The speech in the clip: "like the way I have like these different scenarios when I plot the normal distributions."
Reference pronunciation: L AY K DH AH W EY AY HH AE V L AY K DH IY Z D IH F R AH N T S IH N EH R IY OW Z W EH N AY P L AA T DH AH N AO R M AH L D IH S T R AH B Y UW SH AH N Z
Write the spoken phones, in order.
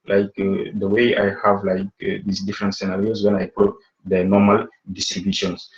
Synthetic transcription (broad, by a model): L AY K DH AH W EY AY HH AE V L AY K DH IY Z D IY F R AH N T S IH N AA R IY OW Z W EH N AY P AA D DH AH N AO M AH L D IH S T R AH B Y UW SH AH N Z